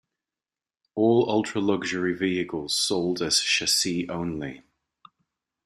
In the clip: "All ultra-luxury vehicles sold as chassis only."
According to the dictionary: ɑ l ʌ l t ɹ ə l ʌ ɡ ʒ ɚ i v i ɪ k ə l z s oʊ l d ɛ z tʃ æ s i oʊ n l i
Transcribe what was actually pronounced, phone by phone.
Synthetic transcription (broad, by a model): ɑ l ʌ l t ɹ ə l ʌ ɡ ʒ ɚ i v i ɪ k ə l z s oʊ l d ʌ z ʃ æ s i oʊ n l i